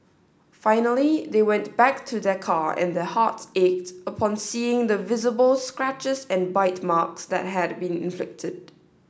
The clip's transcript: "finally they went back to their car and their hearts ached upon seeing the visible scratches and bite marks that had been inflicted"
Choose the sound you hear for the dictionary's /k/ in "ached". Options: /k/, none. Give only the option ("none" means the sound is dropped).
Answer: /k/